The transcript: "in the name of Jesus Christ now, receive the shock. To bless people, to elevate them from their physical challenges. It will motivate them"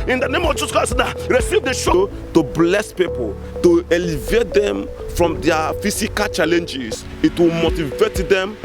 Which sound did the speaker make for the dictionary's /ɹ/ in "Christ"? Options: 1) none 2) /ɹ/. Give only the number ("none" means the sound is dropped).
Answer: 1